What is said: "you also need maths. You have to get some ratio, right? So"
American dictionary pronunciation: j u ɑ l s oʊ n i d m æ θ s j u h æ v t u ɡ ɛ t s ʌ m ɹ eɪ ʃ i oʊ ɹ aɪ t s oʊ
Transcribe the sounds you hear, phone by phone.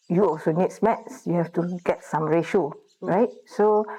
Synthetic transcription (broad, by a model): j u ɑ l s oʊ n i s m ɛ t s j u h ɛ f t u ɡ ɛ t s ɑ m ɹ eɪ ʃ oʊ ɹ aɪ t s oʊ